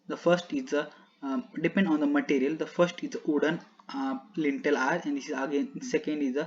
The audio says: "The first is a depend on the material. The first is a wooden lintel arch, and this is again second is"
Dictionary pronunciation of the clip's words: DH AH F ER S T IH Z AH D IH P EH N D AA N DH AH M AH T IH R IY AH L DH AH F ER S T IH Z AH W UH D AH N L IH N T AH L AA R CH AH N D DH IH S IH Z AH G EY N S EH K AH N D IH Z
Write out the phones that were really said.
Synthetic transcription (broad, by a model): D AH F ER S T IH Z AH D IH P EH N D AA N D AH M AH T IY R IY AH L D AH F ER S T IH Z AH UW D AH N L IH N T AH L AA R AH N D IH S IH Z AH G EY N S EH K AH N D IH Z